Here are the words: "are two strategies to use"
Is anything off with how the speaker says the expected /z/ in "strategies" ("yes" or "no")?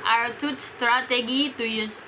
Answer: yes